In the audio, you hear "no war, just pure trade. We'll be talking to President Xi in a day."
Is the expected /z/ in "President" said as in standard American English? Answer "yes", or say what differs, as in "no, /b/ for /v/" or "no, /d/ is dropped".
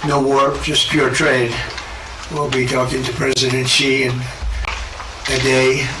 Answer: yes